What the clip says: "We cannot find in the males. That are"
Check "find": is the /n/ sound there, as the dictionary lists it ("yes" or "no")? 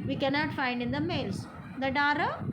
yes